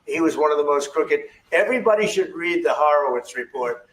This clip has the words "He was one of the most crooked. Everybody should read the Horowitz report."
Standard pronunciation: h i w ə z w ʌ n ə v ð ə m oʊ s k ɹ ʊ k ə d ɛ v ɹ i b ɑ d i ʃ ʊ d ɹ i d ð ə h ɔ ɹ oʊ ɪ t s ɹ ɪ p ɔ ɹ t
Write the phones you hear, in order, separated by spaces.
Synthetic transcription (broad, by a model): h i w ə z w ʌ n ə v ð ə m oʊ s k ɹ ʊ k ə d ɛ v ɹ i b ɑ d i ʃ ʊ d ɹ i d ð ə h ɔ ɹ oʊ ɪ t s ɹ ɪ p ɔ ɹ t